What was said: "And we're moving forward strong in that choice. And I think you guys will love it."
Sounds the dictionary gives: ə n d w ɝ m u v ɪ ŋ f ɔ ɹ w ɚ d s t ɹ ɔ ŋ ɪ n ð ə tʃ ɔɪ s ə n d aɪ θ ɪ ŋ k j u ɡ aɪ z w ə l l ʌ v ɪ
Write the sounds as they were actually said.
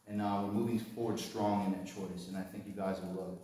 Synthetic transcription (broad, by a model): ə n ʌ w ɝ m u v ɪ ŋ f ɔ ɹ w ɚ d s t ɹ ɔ ŋ ɪ n ð ə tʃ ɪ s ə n aɪ θ ɪ ŋ k j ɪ ɡ aɪ z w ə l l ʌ ɪ